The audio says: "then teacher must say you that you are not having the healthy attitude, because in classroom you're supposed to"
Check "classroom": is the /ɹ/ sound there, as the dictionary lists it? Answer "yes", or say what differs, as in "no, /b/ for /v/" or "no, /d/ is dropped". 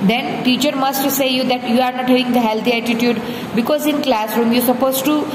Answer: yes